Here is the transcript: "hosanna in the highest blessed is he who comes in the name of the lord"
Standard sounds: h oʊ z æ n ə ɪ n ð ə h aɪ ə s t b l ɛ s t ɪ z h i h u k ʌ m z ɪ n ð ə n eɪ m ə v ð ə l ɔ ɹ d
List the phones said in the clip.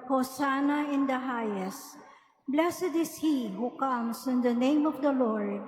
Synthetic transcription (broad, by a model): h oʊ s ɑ n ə ɪ n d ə h aɪ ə s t b l ɛ s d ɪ s h i h u k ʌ m s ɪ n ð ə n eɪ m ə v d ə l ɔ ɹ d